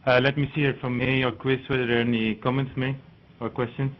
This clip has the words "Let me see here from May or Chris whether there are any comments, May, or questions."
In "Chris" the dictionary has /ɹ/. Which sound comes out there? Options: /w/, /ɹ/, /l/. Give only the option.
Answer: /w/